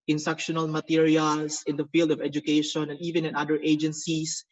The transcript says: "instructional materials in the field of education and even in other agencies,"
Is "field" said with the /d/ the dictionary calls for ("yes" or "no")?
yes